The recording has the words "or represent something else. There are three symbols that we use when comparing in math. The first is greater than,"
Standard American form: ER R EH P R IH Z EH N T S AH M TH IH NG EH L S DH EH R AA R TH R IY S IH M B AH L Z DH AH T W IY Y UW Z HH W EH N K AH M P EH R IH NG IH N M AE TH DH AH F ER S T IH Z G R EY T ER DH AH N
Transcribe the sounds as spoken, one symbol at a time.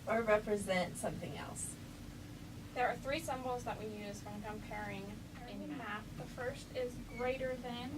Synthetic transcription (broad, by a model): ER R EH P R IH Z EH N T S AH M TH IH NG EH L S DH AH R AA R TH R IY S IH M B L Z DH AH T W IY Y UW Z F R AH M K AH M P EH R IH NG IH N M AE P DH AH F ER S T IH Z G R EY T ER DH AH N